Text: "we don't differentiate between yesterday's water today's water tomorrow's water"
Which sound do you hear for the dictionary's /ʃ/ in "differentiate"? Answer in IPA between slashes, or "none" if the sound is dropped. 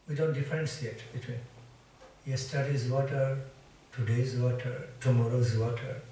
/s/